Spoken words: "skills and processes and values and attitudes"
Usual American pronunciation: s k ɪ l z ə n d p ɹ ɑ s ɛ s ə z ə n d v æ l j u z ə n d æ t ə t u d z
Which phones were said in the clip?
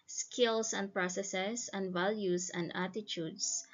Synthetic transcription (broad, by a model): s k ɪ l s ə n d p ɹ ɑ s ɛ s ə s ə n d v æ l j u s ə n d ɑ t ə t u d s